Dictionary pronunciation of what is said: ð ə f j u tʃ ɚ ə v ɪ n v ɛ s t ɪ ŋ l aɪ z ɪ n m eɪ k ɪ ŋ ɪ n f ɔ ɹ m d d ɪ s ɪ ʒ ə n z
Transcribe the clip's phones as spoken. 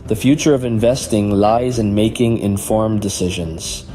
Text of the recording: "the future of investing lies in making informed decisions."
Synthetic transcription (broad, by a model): ð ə f j u tʃ ɚ ə v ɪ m v ɛ s t ɪ ŋ l aɪ z ɪ n m eɪ k ɪ ŋ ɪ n f ɔ ɹ m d d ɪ s ɪ ʒ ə n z